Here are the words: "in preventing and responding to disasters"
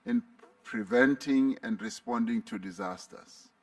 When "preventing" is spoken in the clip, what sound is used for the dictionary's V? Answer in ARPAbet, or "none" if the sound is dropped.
V